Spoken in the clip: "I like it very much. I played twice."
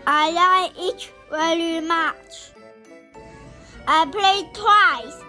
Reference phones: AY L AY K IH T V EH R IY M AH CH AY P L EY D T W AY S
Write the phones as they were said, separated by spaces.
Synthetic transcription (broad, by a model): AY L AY IH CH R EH L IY M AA CH AY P L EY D T W AY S